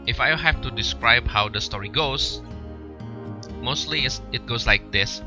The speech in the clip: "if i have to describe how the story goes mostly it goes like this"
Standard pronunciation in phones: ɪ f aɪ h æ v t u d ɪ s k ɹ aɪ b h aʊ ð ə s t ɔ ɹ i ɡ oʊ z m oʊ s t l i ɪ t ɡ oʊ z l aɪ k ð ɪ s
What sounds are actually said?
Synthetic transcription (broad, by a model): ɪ f aɪ h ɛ f t u d ɪ s k ɹ aɪ b h aʊ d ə s t ɔ ɹ i ɡ oʊ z m oʊ s t l i ɪ t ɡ oʊ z l aɪ k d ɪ s